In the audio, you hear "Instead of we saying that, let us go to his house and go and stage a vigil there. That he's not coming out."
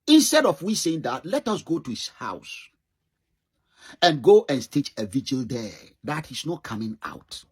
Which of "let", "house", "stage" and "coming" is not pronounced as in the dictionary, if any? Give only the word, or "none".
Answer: stage